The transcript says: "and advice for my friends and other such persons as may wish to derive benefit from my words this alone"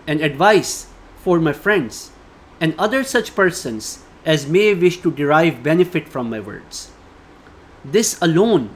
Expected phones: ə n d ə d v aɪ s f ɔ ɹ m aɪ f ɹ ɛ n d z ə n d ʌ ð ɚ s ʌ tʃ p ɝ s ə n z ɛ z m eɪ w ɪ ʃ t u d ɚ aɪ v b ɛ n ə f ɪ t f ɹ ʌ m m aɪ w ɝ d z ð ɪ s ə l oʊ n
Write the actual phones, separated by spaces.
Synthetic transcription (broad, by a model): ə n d ə d v aɪ s f ɔ ɹ m aɪ f ɹ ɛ n d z ə n d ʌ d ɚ s ʌ tʃ p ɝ s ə n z ɛ z m eɪ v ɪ ʃ t u d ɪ aɪ v b ɛ n ə f ɪ t f ɹ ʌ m m aɪ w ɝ d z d ɪ s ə l oʊ n